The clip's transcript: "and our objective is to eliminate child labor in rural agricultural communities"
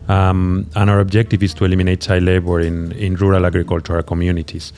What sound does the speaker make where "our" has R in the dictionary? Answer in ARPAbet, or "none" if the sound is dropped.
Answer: R